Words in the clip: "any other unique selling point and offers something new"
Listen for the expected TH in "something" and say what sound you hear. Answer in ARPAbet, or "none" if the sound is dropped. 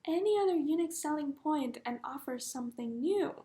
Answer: TH